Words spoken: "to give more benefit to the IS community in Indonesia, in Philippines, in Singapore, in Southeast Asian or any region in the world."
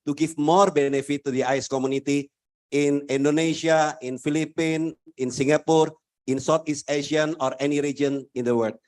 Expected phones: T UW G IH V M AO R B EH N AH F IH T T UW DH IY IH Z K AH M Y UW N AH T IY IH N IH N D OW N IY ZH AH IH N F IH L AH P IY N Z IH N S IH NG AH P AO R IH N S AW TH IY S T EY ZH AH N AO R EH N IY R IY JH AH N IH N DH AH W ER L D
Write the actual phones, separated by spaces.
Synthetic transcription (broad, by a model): T UW G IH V M AO R B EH N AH F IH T T UW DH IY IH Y K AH M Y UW N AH T IY IH N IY N D OW N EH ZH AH IH N F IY L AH P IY N IH N S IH NG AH P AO R IH N S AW T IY S T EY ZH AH N AO R EH N IY R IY JH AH N IH N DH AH W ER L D